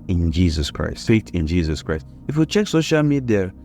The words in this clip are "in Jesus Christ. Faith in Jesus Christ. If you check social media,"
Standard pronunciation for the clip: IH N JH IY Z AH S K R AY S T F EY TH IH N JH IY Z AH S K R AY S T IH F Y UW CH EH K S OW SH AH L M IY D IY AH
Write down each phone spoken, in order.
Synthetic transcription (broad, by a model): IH N JH IY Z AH S K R AY S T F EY T IH N JH IY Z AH S K R AY S T IH F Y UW CH EH K S OW SH AH L M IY D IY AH